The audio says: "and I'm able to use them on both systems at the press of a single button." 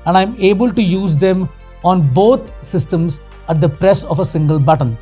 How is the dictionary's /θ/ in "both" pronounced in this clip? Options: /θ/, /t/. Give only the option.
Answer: /t/